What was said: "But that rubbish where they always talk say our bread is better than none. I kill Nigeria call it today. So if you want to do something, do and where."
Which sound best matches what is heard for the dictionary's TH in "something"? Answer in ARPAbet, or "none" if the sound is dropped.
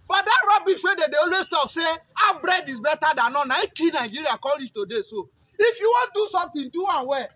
T